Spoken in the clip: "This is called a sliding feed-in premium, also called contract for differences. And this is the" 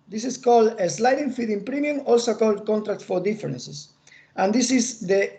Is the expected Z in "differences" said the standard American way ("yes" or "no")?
no